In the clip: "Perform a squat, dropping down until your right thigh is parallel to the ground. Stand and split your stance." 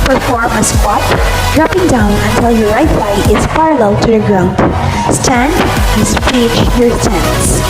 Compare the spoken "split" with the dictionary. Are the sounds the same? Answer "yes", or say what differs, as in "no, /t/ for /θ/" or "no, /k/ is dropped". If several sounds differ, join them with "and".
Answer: no, /l/ is dropped